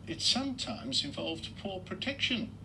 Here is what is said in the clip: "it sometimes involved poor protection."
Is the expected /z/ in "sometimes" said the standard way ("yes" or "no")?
yes